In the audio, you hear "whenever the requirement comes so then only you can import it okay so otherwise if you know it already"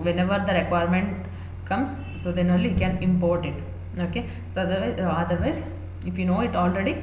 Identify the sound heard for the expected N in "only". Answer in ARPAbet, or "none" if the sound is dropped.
none